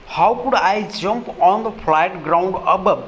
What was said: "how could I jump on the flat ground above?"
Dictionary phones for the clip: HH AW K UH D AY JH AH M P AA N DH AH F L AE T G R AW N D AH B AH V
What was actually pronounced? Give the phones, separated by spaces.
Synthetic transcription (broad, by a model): HH AW K UH D AY JH AH M P AA N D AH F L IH T G R AW N D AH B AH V